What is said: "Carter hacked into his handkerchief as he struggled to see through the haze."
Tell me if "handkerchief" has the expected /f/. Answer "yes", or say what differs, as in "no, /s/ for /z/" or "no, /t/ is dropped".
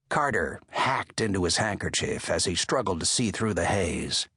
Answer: yes